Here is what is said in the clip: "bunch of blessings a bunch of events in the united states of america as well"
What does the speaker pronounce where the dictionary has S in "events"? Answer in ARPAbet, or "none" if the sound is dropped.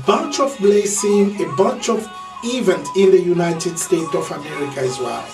none